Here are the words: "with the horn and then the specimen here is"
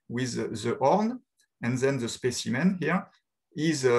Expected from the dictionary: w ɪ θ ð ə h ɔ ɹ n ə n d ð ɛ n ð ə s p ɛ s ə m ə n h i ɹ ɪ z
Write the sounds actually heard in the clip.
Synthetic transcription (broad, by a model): w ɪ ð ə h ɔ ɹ n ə n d ð ɛ n ð ə s p ɛ s ə m ə n h i ɹ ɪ z